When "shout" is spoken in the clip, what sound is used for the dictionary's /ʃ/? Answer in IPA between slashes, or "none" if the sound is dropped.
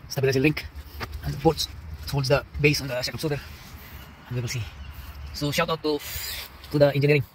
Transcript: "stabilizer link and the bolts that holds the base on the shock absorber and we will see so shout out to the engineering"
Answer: /ʃ/